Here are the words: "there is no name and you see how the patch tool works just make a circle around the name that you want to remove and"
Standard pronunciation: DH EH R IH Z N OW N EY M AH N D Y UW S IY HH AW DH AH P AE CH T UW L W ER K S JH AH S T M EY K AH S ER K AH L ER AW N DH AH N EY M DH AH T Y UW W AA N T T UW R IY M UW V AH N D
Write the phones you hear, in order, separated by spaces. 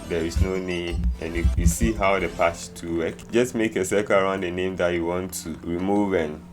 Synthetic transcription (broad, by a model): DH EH R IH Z N OW N EY M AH N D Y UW S IY HH AW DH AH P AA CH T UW W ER K JH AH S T M EY K AH S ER K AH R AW N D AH N EY M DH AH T Y UW W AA N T T UW R IY M UW V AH N